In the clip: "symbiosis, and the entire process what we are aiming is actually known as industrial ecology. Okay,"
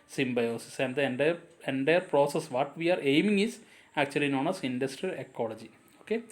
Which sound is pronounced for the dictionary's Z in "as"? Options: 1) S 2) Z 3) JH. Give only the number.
1